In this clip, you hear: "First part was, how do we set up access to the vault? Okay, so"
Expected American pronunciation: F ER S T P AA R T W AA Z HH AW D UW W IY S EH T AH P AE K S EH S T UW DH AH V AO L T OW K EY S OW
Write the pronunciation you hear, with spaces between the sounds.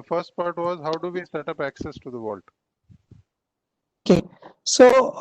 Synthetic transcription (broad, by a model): F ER S T P AA R T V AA Z HH AW D UW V IY S EH T AH P AE K S EH S T UW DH AH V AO L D OW K EY S OW